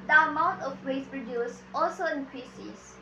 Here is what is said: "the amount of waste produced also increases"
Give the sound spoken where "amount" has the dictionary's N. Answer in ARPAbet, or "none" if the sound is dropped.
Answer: none